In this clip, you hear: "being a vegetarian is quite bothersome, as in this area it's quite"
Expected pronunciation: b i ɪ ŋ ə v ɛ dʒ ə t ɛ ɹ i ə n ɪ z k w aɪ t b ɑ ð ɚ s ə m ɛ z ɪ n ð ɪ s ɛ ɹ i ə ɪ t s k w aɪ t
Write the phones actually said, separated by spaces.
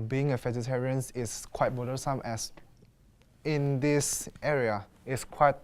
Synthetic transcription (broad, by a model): b i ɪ ŋ ə f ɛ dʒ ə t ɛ ɹ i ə n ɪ s k w aɪ t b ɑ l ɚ s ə m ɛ s ɪ n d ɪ s ɛ ɹ i ə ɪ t s k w aɪ t